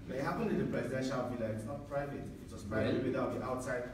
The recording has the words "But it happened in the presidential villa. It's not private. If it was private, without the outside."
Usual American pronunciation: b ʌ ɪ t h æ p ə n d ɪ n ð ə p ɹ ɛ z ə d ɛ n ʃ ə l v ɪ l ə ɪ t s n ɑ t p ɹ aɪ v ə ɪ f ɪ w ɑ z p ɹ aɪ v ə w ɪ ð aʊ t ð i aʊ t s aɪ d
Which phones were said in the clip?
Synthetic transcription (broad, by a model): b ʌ ɪ t h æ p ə n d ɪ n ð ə p ɹ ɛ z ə d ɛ n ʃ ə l b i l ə ɪ t s n ɑ t p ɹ aɪ v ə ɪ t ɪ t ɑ s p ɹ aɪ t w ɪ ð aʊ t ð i aʊ t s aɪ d